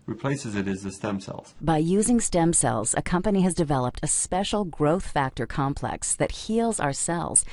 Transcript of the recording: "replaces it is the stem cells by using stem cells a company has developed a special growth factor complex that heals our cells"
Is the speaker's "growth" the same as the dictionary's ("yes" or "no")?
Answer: yes